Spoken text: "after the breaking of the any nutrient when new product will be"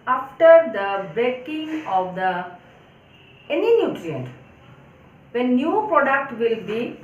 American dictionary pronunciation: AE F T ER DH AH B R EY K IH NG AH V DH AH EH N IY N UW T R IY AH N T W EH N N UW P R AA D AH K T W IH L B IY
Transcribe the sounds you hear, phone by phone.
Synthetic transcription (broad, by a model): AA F T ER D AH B EY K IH NG AH V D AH EH N IY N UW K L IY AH N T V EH N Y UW P R AA D AH K T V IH L B IY